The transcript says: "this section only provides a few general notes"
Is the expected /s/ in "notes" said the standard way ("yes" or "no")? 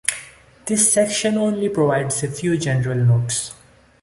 yes